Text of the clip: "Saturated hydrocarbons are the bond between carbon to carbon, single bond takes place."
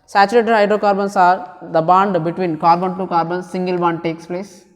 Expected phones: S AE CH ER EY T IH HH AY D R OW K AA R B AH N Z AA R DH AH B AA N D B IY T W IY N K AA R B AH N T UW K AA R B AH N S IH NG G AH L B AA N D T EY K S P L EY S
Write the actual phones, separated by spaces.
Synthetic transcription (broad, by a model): S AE CH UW EY T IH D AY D R OW K AA R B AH N S AA R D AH B AA N D B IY T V IY N K AA R B AH N T UW K AA R B AH N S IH NG G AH L B AA N D T EY K S P L EY S